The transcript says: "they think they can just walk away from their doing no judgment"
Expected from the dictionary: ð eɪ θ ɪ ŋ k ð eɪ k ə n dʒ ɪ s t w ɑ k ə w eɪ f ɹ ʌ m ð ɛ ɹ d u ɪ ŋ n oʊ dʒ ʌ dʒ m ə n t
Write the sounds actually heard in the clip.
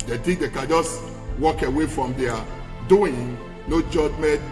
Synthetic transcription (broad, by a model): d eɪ t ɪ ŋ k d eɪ k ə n dʒ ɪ s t w ɑ k ə w eɪ f ɹ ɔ m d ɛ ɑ d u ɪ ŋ n oʊ dʒ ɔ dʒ m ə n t